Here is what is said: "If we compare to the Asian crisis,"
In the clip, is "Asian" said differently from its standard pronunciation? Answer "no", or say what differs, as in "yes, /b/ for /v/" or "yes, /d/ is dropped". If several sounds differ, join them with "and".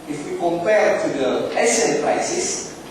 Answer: yes, /s/ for /ʒ/